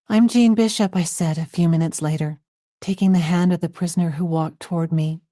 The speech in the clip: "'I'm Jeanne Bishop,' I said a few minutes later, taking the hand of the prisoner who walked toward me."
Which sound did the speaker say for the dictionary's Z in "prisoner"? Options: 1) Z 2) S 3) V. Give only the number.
1